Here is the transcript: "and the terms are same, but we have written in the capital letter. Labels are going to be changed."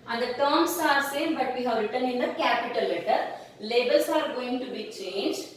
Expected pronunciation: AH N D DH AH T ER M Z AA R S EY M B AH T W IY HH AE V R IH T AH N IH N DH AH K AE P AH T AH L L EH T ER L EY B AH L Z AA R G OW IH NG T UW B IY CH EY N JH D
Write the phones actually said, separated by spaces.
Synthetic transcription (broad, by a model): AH N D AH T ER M S AA R S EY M B AH T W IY HH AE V R IH T AH N IH N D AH K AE P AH T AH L L EH T ER L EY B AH L S AA R G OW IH NG T UW B IY CH EY N JH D